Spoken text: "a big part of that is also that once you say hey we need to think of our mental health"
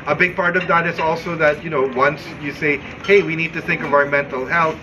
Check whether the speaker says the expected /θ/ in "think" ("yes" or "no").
yes